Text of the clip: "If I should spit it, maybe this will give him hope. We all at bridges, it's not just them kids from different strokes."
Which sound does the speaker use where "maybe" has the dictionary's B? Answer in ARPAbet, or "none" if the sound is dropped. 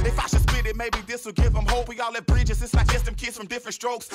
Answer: B